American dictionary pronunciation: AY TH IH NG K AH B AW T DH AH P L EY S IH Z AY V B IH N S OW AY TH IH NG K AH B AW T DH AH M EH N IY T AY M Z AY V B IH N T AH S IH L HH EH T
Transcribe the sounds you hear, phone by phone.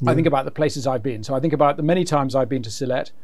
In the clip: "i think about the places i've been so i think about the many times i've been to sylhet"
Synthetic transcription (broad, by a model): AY TH IH NG K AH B AW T DH AH P L EY S IH Z AY V B IH N S OW AY TH IH NG K AH B AW T DH AH M EH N IY T AY M Z AY V B IH N T AH S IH L EH T